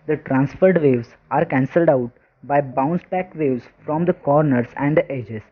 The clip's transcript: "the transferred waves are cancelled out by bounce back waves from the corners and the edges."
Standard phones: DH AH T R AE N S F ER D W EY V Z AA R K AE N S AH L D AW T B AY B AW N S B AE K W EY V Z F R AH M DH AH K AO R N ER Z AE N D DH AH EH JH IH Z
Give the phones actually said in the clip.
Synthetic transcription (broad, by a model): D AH T R AE N S F ER D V EY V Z AA R K AE N S AH L D AW T B AY B AW N S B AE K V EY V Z F R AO M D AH K AO R N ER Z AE N D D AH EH JH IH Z